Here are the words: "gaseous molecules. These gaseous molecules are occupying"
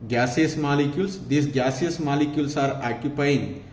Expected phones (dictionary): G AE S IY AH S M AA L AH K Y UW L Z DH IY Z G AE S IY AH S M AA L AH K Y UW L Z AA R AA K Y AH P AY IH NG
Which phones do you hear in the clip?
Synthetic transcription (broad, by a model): G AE S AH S M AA L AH K Y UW L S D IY S G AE S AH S M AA L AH K Y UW L S AA R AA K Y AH P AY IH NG